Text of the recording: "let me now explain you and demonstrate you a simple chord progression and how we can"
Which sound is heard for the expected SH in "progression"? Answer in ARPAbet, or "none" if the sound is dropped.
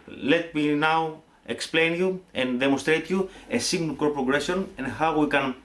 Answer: S